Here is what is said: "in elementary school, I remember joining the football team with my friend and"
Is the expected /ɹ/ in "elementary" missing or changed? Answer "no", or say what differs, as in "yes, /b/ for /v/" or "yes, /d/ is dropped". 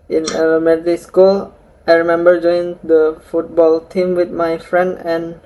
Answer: yes, /ɹ/ is dropped